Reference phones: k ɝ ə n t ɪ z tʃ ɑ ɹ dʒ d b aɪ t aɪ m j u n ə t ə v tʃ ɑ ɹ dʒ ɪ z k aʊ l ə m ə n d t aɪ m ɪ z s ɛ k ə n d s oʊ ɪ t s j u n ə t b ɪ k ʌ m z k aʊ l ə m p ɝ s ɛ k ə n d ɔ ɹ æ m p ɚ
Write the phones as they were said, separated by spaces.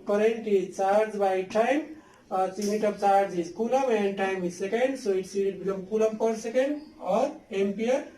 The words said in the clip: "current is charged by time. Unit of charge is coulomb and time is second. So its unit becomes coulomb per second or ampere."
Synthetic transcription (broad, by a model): k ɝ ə n t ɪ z tʃ ɑ ɹ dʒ b aɪ t aɪ m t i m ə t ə b tʃ ɑ ɹ dʒ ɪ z k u l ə m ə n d t aɪ m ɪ s ɛ k ə n d s oʊ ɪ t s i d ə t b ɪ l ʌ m k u l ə m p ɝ s ɛ k ə n d ɔ ɹ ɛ m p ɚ